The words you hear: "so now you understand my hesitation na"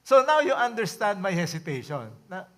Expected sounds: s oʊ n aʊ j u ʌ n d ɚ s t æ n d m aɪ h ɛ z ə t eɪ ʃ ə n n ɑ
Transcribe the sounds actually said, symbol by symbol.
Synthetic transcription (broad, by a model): s oʊ n aʊ j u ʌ n d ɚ s t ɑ n d m aɪ h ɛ s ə t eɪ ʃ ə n n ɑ